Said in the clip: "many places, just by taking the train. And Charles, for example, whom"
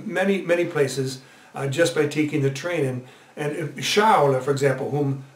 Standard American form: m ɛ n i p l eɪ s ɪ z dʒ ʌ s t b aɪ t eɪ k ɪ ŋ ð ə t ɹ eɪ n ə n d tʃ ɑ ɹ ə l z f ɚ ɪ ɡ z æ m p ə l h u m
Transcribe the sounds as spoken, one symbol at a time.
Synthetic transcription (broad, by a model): m ɛ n i p l eɪ s ɪ z dʒ ʌ s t b aɪ t eɪ k ɪ ŋ ð ə t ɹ eɪ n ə n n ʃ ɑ ə l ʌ f ɚ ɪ ɡ z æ m p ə l h u m